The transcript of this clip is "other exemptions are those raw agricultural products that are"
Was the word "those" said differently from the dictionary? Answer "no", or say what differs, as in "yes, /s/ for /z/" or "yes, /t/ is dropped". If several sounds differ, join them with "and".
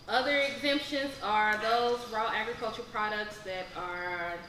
no